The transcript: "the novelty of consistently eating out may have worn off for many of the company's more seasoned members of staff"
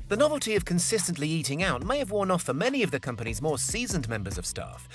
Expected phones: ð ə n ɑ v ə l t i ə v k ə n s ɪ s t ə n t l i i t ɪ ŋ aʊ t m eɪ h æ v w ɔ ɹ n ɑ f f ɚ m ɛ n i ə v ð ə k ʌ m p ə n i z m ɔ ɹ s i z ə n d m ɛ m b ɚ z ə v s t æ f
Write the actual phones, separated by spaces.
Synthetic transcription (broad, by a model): ð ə n ɑ v ə l t i ə v k ə n s ɪ s t ə n t l i i t ɪ ŋ aʊ t m eɪ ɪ v w ɔ ɹ n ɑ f f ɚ m ɛ n i ə v ð ə k ʌ m p ə n i z m ɔ ɹ s i z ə n m ɛ m b ɚ z ə v s t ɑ f